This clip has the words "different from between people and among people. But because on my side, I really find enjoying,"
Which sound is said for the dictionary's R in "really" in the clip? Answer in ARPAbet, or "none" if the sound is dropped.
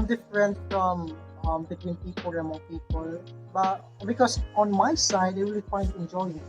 W